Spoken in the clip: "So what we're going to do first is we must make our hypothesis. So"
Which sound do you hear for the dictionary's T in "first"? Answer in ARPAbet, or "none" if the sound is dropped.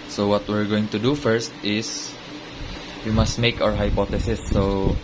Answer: T